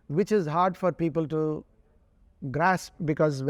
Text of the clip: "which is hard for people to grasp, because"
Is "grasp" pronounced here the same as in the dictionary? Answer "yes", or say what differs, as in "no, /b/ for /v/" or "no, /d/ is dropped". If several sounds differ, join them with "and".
yes